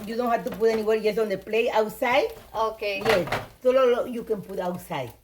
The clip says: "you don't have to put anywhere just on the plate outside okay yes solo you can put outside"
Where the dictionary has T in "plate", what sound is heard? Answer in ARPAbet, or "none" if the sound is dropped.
none